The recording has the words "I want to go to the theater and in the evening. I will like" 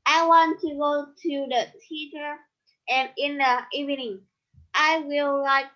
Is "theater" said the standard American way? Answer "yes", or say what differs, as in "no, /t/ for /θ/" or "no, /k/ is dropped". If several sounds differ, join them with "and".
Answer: no, /t/ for /θ/